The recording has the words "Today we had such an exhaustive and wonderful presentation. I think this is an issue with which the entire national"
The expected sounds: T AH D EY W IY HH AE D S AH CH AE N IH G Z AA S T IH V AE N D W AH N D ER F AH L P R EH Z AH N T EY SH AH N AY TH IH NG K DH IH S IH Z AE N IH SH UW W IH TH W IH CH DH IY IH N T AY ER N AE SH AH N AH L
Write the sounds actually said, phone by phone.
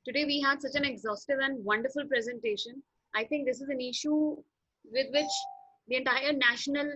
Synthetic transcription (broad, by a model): T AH D EY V IY HH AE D S AH CH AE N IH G Z AA S T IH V AE N D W AH N D ER F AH L P R EH Z AH N T EY SH AH N AY T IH NG K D IH S IH Z AE N IH SH UW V IH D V IH CH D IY IH N T AY ER N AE SH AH N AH L